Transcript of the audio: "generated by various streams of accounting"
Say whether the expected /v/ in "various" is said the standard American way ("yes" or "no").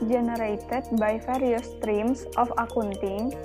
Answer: no